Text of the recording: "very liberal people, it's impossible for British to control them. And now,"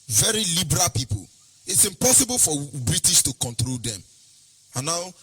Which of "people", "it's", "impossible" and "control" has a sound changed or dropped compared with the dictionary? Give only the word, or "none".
none